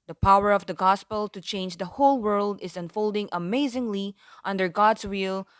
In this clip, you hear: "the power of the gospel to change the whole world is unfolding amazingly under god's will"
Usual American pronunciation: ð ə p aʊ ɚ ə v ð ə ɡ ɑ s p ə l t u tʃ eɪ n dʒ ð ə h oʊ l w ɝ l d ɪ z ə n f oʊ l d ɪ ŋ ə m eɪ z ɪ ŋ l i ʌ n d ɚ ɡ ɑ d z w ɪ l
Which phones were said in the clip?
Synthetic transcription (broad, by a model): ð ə p aʊ ɚ ə v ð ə ɡ ɑ s p ə l t u tʃ eɪ n dʒ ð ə h oʊ l w ɝ l d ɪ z ə n f oʊ l d ɪ ŋ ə m eɪ z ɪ ŋ l i ʌ n d ɚ ɡ ɑ d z w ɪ l